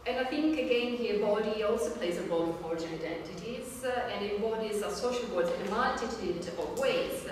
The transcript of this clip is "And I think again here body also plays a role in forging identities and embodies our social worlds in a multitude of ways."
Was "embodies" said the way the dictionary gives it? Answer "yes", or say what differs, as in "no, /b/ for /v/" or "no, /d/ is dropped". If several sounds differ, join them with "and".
no, /m/ is dropped